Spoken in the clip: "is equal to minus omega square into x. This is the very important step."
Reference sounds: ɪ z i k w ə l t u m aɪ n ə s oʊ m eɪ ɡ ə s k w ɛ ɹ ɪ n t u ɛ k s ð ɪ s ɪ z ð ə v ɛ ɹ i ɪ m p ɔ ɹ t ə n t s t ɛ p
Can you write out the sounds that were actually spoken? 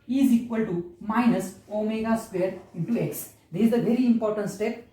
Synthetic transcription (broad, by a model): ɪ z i k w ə l t u m aɪ n ə s oʊ m eɪ ɡ ə s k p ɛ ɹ ɪ n t u ɛ k s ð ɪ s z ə v ɛ ɹ i ɪ m p ɔ ɹ t ə n t s t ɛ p